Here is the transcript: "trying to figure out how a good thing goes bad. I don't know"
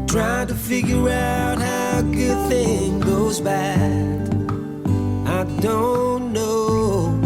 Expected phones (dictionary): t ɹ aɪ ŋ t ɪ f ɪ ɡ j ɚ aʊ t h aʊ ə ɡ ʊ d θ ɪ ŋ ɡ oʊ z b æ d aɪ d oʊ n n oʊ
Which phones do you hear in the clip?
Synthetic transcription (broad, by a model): t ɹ aɪ t ɪ f ɪ ɡ j ɚ aʊ t h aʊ ə ɡ ʊ d θ ɪ ŋ ɡ oʊ z b æ d aɪ d oʊ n n oʊ